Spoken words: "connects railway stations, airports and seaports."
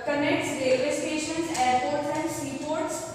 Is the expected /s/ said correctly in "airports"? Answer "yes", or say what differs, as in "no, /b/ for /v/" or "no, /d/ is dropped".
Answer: no, /s/ is dropped